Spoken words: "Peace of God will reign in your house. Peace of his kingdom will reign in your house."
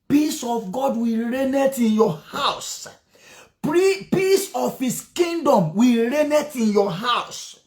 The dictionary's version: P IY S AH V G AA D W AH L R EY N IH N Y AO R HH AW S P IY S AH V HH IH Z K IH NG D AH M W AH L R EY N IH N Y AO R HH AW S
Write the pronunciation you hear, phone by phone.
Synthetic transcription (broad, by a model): P IY S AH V G AA D W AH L R EY N IH N Y AO HH AW S P IY S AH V HH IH S K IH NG D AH M W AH R EY N IH N Y AO HH AW S